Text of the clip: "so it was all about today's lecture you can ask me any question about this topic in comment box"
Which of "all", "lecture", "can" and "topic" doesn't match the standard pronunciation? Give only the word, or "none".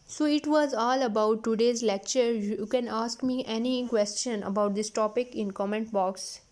none